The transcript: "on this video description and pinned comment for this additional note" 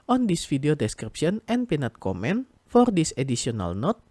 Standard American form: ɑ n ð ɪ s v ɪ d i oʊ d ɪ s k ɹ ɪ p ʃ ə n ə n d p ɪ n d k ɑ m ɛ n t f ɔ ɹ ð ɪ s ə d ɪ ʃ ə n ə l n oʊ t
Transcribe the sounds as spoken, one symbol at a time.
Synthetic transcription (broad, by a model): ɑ n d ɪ s f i d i oʊ d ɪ s k ɹ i p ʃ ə n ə n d p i n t k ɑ m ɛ n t f ɔ ɹ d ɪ s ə d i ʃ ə n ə l n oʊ t